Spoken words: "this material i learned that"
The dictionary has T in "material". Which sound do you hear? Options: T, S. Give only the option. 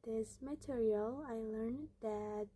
T